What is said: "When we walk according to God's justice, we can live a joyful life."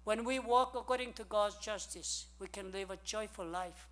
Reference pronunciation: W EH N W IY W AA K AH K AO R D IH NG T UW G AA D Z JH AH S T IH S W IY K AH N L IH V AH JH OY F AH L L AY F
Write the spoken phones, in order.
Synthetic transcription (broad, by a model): W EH N W IY W AA K AH K AO R D IH NG T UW G AA D Z JH AH S T IH S W IY K AH N L IH V AH JH OY F AH L L AY F